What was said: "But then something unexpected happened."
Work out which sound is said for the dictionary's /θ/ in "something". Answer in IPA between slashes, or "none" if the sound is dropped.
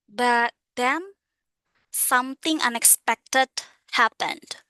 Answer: /t/